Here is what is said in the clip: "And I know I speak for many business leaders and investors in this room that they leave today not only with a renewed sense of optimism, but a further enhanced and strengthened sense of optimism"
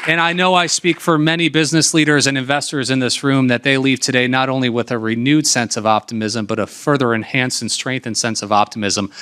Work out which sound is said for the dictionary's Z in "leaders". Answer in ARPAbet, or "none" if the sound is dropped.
Z